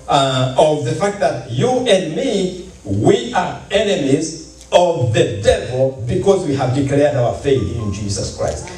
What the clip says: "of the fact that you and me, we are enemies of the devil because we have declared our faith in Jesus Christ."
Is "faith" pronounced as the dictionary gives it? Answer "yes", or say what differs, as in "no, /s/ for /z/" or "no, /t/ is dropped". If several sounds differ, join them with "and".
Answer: yes